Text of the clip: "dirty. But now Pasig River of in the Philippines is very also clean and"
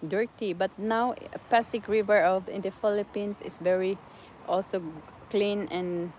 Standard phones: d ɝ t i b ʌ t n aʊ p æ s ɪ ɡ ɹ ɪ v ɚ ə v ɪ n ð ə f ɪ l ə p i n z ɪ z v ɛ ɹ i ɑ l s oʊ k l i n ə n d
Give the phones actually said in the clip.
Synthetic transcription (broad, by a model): d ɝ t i b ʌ t n aʊ p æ s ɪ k ɹ ɪ v ɚ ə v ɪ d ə f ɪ l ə p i n s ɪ s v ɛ ɹ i ɑ l s oʊ k l i n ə n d